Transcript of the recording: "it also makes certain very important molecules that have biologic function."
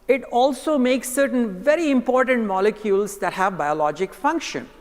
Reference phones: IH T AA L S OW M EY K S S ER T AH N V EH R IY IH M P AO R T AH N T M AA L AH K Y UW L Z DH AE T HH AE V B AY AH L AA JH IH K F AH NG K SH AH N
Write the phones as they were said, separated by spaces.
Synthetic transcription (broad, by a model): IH T AA L S OW M EY K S S ER T AH N V EH R IY IH M P AO R T AH N T M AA L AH K Y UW L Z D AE T HH AE V B AY AH L AA JH IH K F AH NG K SH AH N